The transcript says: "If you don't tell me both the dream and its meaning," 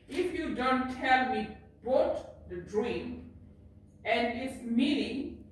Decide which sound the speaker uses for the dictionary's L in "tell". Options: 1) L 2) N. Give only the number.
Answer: 1